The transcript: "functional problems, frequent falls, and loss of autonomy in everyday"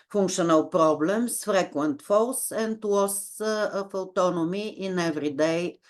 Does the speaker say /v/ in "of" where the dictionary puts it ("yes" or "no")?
no